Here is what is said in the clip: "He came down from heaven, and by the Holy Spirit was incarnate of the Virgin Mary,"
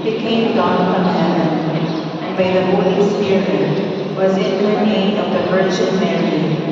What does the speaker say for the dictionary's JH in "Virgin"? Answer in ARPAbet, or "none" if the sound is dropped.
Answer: CH